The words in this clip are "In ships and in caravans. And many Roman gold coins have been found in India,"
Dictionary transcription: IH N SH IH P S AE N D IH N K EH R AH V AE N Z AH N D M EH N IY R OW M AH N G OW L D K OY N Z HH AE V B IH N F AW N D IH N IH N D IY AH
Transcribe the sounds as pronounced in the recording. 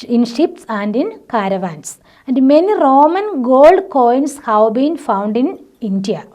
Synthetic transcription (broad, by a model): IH N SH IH P S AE N D IH N K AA R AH V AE N S AH N D M EH N IY R OW M AH N G OW L D K OY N S HH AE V B IH N F AW N D IH N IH N D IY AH